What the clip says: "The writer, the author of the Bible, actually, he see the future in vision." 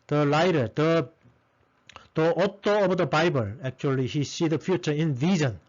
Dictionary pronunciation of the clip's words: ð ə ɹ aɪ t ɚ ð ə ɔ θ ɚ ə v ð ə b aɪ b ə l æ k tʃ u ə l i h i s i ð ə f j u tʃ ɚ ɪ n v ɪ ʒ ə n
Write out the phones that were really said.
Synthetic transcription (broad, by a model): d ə l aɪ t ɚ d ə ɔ t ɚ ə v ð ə b aɪ b ə l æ k tʃ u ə l i h i s i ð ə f j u tʃ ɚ ɪ n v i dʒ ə n